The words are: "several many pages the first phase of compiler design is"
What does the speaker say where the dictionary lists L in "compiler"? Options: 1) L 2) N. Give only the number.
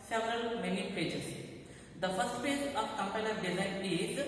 2